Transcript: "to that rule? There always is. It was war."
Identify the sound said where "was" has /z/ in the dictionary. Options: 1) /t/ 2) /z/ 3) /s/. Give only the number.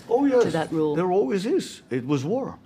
2